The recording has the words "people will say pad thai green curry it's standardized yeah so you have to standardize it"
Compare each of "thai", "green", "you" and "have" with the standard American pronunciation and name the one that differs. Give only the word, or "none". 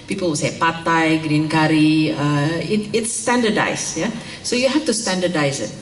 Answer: have